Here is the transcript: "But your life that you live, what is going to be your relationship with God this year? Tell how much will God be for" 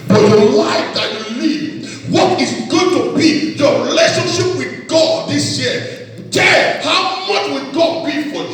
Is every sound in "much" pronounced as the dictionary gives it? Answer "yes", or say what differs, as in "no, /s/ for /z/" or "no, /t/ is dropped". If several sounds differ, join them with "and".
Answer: yes